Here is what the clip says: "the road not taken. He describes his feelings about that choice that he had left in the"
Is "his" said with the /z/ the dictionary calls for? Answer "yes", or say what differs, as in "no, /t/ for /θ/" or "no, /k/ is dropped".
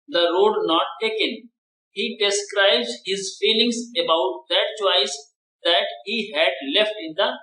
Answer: yes